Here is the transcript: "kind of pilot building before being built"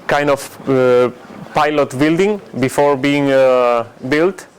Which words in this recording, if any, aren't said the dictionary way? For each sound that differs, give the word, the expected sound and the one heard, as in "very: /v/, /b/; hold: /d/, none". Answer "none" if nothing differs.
none